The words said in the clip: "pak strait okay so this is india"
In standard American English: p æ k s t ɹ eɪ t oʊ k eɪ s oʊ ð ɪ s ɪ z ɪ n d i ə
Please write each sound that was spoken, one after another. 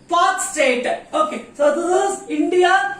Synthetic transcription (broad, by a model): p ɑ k s t eɪ t oʊ k eɪ s oʊ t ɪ ɪ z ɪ n d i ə